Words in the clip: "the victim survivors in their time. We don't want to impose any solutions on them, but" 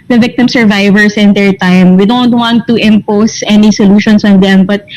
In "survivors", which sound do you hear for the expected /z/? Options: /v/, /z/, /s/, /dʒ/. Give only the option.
/s/